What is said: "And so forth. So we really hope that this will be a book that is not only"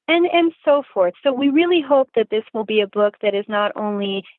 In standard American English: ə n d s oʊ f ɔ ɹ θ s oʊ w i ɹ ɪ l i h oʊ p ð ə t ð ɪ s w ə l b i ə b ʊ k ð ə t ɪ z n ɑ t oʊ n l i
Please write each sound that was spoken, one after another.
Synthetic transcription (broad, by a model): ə n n s oʊ f ɔ ɹ θ s oʊ w i ɹ ɪ l i h oʊ p ð ə t ð ɪ s w ə l b i ə b ʊ k ð ə t ɪ z n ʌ t oʊ n l i